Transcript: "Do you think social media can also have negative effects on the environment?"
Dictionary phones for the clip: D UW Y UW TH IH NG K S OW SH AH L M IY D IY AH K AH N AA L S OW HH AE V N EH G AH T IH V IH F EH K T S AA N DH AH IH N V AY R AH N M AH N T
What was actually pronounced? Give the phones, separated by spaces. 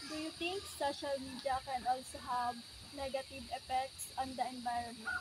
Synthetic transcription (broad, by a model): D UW Y UW T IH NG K S OW SH AH L M IY D IY AH K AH N AA L S OW HH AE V N EH G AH T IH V IH F EH K T S AA N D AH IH N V AY R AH N M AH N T